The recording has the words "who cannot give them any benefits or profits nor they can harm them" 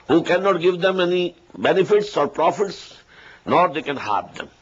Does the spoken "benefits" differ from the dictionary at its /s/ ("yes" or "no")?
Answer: no